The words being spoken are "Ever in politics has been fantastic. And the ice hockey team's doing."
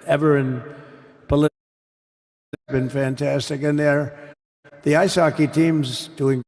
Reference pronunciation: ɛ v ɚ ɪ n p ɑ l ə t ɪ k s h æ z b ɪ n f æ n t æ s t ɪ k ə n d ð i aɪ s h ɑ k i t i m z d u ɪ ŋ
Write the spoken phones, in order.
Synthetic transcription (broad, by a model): ɛ v ɚ ɪ n p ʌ l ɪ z b ɪ n f æ n t æ s t ɪ k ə n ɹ ð i aɪ s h ɑ k i t i m z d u ɪ ŋ